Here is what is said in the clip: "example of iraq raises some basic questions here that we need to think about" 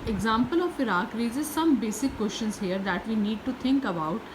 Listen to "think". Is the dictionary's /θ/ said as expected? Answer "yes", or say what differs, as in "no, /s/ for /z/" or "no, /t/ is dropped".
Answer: no, /t/ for /θ/